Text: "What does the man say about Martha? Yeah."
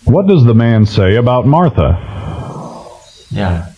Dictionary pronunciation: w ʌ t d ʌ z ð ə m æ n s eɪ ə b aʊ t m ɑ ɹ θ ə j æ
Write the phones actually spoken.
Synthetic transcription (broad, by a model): w ʌ t d ʌ z ð ə m æ n s eɪ ə b aʊ t m ɑ ɹ θ ə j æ